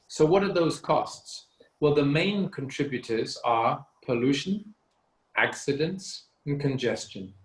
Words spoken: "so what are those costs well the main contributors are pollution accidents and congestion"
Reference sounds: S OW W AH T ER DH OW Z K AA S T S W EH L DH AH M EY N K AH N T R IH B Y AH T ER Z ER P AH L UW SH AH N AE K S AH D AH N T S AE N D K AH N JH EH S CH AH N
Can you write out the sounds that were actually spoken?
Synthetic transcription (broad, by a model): S OW W AH T ER DH OW Z K AA S T S W EH L DH AH M EY N K AH N T R IH B Y AH T ER Z ER P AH L UW SH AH N AE K S AH D AH N T S N K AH N JH EH S CH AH N